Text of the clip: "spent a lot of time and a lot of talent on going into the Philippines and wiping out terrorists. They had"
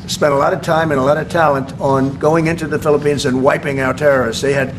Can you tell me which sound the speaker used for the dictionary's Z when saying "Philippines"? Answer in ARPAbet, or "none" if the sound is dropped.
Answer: Z